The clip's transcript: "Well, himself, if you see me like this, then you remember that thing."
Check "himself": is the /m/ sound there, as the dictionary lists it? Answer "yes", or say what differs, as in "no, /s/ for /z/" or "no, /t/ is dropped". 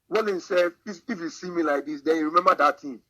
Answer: no, /m/ is dropped